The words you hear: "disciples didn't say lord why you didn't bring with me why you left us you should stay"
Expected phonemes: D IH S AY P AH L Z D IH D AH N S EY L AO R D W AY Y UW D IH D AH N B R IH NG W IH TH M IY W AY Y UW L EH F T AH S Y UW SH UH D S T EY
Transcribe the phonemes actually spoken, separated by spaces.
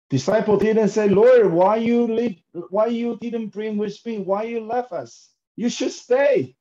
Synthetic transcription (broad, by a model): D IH S AY P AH L D IH D AH N S EY L AO R D W AY Y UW D IH D AH N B R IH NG W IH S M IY W AY Y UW L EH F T AH S Y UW SH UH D S T EY